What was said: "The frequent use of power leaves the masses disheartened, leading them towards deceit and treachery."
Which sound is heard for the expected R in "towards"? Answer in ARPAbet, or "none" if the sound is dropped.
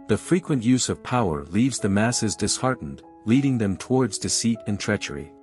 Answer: R